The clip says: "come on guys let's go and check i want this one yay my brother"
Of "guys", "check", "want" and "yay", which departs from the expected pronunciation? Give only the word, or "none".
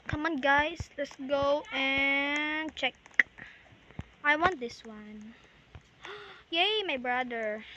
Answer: guys